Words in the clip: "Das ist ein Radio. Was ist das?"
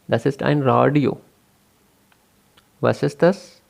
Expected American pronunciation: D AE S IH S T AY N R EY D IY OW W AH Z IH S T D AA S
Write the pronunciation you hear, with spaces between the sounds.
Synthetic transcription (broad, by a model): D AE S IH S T AY N R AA D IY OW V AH S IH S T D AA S